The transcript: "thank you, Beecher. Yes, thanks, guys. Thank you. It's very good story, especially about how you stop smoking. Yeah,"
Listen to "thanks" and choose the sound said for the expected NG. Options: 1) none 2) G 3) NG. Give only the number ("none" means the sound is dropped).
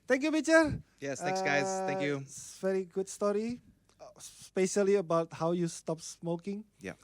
1